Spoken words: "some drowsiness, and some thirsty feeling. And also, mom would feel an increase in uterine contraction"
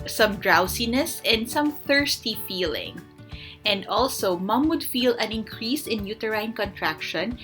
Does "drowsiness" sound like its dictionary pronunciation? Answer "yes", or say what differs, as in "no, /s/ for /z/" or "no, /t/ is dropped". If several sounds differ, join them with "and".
no, /s/ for /z/